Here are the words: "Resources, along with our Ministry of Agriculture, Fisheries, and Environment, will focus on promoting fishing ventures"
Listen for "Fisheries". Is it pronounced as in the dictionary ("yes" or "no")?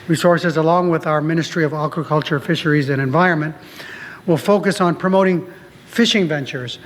yes